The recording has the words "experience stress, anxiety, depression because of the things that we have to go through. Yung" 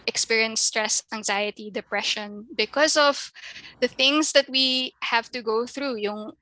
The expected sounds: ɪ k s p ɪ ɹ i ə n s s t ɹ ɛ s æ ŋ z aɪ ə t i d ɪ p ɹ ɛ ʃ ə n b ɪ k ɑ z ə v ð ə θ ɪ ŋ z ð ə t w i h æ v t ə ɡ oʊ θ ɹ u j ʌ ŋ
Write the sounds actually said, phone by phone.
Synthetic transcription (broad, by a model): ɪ k s p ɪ ɹ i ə n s s t ɹ ɛ s æ ŋ z aɪ ə t i d ɪ p ɹ ɛ ʃ ə n b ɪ k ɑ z ə v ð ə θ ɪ ŋ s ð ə t w i h æ v t ə ɡ oʊ θ ɹ u j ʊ ŋ